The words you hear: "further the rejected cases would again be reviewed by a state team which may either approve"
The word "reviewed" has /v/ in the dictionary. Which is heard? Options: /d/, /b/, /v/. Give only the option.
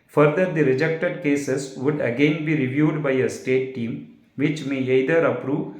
/v/